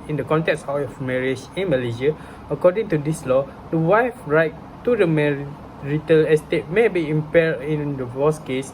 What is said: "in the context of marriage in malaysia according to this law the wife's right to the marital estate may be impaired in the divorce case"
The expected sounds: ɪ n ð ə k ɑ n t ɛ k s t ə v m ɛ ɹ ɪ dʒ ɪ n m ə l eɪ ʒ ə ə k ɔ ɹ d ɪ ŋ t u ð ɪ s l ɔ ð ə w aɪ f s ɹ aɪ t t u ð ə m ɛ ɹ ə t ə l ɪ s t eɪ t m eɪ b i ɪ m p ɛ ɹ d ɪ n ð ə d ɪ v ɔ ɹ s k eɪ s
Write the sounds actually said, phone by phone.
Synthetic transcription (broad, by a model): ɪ n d ə k ɑ n t ɛ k s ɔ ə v m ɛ ɹ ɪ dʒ ɪ n m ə l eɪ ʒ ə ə k ɔ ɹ d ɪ ŋ t u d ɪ s l ɔ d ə w aɪ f ɹ aɪ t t u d ə m ɛ ɹ ə t ə l ɪ s t eɪ t m eɪ b i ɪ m p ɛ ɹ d ɪ n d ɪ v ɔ s k eɪ s